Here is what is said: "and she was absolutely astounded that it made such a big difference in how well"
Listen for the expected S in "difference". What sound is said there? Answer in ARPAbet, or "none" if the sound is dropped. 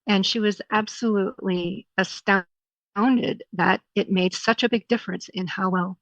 S